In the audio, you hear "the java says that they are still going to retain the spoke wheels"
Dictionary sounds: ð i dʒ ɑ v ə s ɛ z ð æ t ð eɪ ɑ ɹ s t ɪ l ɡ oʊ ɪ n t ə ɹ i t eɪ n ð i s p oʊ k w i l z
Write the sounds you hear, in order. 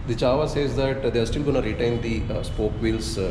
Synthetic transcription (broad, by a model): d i tʃ ɑ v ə s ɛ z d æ t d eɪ ɑ ɹ s t ɪ l ɡ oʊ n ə ɹ i t eɪ n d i s p oʊ k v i l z